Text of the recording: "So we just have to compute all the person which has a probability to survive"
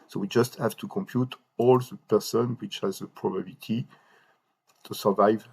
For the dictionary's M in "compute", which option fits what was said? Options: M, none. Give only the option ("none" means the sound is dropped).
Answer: M